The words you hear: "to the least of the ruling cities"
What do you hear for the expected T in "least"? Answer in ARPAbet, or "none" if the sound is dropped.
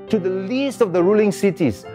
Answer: T